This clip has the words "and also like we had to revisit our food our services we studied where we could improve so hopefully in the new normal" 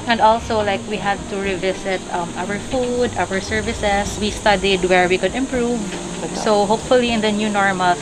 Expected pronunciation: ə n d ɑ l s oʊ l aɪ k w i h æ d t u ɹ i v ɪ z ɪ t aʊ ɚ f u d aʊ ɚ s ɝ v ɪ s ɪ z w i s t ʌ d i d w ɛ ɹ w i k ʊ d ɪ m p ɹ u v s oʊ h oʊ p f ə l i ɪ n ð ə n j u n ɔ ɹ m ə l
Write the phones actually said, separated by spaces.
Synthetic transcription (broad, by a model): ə n d ɑ l s oʊ l aɪ k w i h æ d t u ɹ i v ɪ s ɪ t aʊ ɚ f u d aʊ ɚ s ɝ v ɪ s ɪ s w i s t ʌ d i d w ɛ ɹ w i k ʊ d ɪ m p ɹ u v s oʊ h oʊ p f ə l i ɪ n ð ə n j u n ɔ ɹ m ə l